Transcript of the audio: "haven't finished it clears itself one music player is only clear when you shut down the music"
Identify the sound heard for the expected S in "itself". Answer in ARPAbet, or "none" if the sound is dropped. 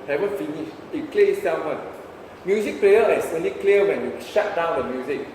none